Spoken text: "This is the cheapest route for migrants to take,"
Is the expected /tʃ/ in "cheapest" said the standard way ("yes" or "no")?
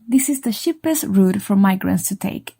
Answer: no